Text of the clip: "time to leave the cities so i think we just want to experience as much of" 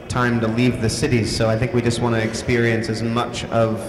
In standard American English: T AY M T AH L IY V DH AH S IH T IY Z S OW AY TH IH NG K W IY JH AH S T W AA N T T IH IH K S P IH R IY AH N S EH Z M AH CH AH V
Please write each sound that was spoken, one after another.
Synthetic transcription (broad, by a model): T AY M T AH L IY V DH AH S IH T IY Z S OW AY TH IH NG K W IY JH AH S T W AA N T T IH IH K S P IH R IY AH N S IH Z M AH CH AH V